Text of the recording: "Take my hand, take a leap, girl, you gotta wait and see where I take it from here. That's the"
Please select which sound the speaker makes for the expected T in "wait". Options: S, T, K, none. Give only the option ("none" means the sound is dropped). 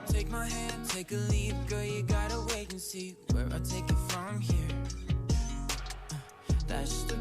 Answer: none